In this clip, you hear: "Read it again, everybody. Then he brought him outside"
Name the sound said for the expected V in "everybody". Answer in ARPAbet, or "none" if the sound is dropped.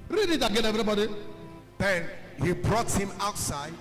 none